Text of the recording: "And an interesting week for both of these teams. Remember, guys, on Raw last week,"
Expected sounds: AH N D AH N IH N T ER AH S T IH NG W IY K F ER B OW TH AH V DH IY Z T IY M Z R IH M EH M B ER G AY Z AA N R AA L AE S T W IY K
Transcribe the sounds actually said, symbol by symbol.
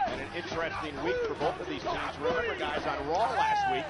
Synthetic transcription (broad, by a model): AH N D AH N IH N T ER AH S T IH NG W IY K F ER B OW TH AH V DH IY Z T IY Z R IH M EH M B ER G AY Z N R AA L AE S T W IY K